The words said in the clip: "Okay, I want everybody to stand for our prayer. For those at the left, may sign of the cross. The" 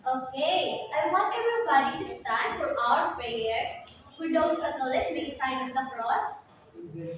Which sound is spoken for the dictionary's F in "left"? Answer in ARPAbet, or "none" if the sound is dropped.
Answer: none